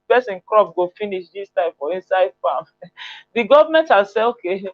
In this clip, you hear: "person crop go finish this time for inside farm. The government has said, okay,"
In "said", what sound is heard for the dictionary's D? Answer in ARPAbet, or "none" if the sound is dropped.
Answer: none